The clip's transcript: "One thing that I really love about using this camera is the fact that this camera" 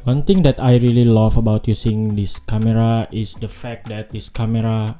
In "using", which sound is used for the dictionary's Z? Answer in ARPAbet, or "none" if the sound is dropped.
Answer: S